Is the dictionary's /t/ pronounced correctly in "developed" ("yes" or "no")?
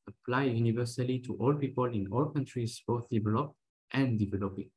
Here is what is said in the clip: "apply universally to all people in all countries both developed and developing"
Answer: yes